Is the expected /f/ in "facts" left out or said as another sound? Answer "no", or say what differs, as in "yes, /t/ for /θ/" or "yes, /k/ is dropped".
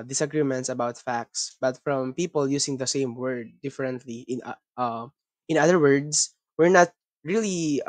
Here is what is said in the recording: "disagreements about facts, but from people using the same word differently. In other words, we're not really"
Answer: no